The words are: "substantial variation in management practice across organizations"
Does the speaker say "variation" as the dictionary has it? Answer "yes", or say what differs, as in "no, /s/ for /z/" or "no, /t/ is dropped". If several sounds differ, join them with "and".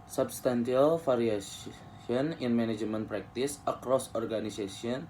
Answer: no, /f/ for /v/